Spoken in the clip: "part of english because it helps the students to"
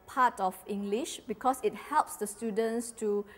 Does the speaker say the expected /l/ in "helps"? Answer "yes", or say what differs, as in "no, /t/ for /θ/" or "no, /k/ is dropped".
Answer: yes